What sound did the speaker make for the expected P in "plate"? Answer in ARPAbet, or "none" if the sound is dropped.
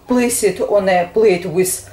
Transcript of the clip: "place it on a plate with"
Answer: B